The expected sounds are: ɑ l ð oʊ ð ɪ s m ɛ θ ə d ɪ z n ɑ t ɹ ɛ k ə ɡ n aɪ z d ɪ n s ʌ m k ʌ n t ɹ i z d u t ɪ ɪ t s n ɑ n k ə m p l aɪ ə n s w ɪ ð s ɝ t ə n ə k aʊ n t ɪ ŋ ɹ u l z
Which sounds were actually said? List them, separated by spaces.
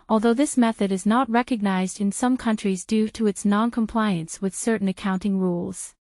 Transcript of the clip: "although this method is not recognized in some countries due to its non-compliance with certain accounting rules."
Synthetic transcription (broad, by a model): ɑ l ð oʊ ð ɪ s m ɛ θ ə d ɪ z n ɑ t ɹ ɛ k ə ɡ n aɪ z d ɪ n s ʌ m k ʌ n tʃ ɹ i z d u t ɪ ɪ t s n ɑ n k ə m p l aɪ ə n s w ɪ ð s ɝ t n ə k aʊ n t ɪ ŋ ɹ u l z